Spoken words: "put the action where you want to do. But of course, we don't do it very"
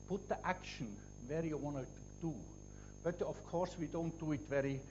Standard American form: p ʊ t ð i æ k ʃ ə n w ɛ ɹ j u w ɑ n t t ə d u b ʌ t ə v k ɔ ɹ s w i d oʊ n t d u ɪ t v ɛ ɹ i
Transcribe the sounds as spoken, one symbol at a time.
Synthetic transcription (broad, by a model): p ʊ t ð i æ k ʃ ə n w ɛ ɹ j u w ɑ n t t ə d u b ʌ t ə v k ɔ ɹ s w i d oʊ n t d u ɪ t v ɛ ɹ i